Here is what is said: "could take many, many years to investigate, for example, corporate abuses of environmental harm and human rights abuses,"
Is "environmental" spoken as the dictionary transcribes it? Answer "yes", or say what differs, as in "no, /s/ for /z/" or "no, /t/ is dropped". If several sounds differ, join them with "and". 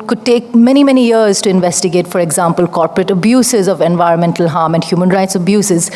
yes